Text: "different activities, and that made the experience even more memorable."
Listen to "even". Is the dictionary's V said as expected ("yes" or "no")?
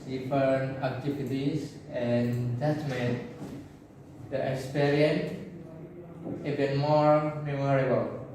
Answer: no